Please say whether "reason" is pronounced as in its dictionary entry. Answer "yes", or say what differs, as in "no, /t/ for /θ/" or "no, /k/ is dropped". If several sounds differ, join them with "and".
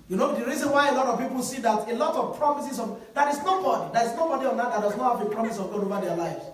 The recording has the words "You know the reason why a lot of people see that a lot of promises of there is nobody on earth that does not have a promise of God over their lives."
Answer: yes